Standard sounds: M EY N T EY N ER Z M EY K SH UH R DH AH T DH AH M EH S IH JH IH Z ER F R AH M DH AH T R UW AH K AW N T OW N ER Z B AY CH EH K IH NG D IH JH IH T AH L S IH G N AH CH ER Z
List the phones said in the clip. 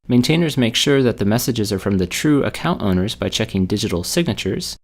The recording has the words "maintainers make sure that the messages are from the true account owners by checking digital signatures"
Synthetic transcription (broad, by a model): M EY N T EY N ER Z M EY K SH UH R DH AH T DH AH M EH S IH JH IH Z ER F R AH M DH AH T R UW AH K AW N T OW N ER Z B AY CH EH K IH NG D IH JH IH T L S IH G N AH CH ER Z